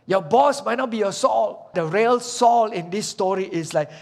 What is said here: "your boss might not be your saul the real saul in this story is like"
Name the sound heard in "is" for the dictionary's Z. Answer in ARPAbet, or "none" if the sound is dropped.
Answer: S